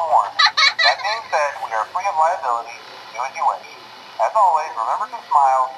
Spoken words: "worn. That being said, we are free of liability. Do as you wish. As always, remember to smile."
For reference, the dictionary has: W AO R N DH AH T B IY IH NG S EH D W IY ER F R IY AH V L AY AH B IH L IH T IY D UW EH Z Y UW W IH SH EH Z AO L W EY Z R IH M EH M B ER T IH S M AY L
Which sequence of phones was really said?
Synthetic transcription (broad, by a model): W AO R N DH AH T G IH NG S EH D W IY ER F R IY AH V L AY AH B IH L IH T IY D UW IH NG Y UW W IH IH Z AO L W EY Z R IH M EH M B ER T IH S M AY L